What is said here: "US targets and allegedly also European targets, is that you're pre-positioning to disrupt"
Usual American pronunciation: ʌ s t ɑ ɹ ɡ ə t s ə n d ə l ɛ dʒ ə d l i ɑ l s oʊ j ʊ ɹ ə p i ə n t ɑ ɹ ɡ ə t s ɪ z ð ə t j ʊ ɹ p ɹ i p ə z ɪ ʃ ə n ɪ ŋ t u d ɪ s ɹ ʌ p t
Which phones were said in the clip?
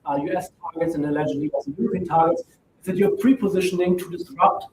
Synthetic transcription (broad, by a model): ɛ s t ɑ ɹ ɡ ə t s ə n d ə l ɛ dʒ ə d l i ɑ s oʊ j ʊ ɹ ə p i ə t ɑ ɹ ɡ ə t s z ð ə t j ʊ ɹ p ɹ i p ə z ɪ ʃ ə n ɪ ŋ t u d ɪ s ɹ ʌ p t